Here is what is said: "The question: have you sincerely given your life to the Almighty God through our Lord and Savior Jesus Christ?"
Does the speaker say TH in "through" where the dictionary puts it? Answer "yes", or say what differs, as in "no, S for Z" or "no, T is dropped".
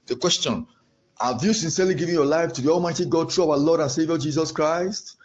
no, T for TH